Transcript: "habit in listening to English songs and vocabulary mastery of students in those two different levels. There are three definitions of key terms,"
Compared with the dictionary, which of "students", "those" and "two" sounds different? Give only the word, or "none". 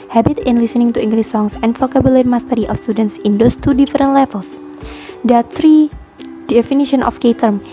those